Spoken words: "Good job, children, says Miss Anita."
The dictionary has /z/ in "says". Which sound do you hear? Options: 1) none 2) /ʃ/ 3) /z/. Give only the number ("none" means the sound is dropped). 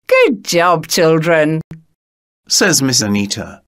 3